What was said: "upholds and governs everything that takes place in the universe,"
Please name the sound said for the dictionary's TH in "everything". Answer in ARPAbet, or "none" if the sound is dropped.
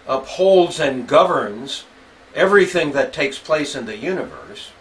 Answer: TH